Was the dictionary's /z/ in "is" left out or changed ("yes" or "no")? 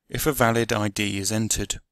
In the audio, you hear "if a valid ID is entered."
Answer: no